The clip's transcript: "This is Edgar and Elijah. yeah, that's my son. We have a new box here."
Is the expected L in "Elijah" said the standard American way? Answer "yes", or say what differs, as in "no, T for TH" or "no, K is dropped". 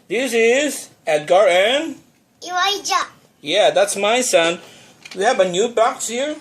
no, W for L